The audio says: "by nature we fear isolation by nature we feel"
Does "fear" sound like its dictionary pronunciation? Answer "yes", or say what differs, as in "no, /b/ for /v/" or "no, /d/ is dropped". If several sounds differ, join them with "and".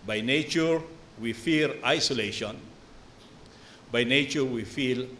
no, /l/ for /ɹ/